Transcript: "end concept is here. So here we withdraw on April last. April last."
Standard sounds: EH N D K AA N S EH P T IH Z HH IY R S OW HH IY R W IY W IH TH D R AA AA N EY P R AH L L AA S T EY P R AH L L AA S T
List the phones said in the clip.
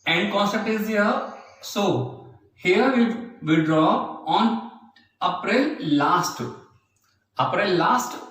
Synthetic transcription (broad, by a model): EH N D K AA N S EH T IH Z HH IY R S OW HH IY R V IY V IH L D R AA AA N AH P R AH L L AA S T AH P R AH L L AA S T